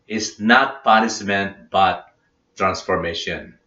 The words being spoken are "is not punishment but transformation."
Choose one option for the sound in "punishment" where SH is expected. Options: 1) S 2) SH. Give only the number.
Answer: 1